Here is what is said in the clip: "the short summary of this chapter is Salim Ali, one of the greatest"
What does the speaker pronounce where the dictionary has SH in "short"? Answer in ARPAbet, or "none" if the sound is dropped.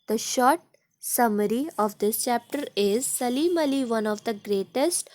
SH